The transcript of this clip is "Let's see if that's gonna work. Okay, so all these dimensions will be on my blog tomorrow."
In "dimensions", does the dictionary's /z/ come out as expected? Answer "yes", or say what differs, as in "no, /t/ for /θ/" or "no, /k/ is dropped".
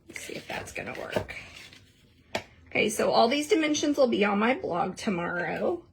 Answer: yes